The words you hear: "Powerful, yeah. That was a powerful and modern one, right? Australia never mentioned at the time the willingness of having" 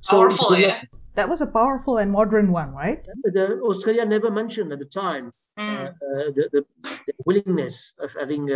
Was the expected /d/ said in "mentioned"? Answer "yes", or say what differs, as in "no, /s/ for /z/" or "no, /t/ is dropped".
yes